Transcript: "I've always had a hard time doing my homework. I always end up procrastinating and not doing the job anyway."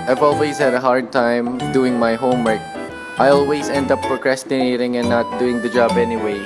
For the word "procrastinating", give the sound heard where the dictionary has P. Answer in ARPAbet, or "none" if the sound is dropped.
F